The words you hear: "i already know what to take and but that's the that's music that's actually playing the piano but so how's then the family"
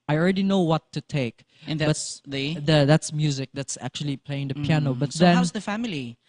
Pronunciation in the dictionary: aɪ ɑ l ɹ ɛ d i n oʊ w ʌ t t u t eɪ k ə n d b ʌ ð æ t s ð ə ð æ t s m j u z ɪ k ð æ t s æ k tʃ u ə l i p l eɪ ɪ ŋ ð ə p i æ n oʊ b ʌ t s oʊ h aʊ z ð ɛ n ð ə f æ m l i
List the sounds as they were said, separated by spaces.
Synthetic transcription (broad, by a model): aɪ ɑ l ɹ ɛ d i n oʊ w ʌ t t u t eɪ ə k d b ʌ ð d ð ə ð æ t s m j u z ɪ k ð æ t s æ k tʃ u ə l i p l eɪ ɪ ŋ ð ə p i æ n oʊ b ʌ t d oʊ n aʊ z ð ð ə f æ m l i